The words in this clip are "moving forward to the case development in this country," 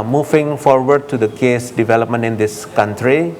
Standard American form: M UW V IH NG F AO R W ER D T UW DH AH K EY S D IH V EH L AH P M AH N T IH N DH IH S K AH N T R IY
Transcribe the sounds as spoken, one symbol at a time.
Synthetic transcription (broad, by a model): M UW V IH NG F AO R W ER D T UW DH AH K EY S D IH V EH L AH P M AH N T IH N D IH S K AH N T R IY